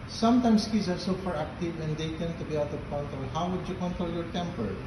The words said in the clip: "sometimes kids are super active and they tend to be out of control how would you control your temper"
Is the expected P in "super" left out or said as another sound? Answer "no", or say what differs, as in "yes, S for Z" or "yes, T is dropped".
yes, F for P